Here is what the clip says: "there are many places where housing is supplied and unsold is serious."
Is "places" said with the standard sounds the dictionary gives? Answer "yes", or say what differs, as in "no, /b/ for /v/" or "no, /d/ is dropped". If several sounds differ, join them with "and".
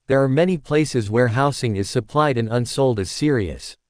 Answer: yes